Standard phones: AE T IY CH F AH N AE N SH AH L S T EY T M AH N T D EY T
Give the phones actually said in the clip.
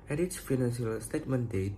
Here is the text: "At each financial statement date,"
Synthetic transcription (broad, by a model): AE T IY S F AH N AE N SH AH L S T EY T M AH N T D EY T